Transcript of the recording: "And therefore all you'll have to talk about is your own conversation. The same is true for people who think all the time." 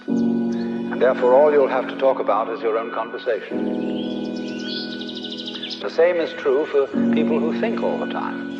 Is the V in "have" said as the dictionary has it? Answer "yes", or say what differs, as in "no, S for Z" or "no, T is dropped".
no, F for V